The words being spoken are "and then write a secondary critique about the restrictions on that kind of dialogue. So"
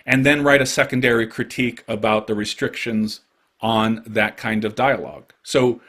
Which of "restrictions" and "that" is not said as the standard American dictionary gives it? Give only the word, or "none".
none